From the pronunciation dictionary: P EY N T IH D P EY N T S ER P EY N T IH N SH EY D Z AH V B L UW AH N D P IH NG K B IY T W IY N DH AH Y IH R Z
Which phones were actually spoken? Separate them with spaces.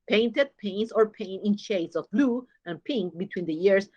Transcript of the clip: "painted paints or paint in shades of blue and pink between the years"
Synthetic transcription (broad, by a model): P EY N T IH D P EY N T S ER P EY N IH N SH EY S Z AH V B L UW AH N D P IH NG K B IY T W IY N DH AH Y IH R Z